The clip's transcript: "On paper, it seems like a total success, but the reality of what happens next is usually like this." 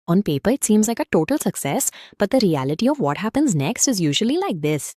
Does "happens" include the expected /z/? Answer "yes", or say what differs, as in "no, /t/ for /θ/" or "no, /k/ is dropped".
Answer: yes